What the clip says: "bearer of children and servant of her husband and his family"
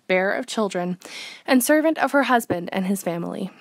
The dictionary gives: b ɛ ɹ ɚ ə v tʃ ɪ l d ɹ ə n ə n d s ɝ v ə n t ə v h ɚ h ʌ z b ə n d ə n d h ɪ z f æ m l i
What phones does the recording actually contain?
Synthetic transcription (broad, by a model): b ɛ ɹ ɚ ə v tʃ ɪ l d ɹ ə n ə n s ɝ v ə n t ə v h ɚ h ʌ z b ə n d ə n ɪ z f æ m l i